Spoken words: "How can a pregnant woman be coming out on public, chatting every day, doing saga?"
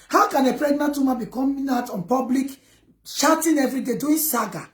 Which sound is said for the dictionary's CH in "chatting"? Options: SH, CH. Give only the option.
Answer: SH